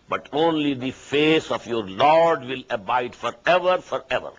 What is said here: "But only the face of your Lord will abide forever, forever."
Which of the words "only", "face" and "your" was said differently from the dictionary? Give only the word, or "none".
none